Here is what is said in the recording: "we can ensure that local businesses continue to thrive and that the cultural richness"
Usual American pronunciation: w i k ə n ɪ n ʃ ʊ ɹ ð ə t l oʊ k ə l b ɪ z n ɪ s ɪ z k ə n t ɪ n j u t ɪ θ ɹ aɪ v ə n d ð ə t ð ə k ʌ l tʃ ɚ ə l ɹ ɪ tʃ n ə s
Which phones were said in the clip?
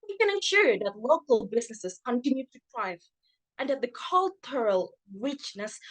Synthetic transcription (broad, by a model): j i k ə n ɪ n ʃ ʊ ɹ ð ə t l oʊ k ə l b ɪ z n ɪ s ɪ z k ə n t ɪ n j u t ɪ t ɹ aɪ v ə n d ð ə t ð ə k ʌ l tʃ ɚ ə l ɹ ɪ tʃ n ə s